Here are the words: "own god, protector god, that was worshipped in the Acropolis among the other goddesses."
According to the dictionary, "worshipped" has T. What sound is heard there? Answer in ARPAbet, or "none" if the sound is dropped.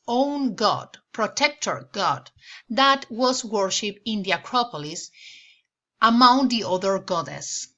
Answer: none